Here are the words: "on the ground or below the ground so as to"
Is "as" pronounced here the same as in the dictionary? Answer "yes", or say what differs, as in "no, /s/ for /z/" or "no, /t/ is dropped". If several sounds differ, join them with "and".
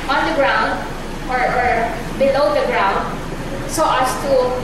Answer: no, /s/ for /z/